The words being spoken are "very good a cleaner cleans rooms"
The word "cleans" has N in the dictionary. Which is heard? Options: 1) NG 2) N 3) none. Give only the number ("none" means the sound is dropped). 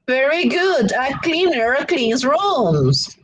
3